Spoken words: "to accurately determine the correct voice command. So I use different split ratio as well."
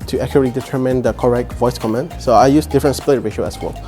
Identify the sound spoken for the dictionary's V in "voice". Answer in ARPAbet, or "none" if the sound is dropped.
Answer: V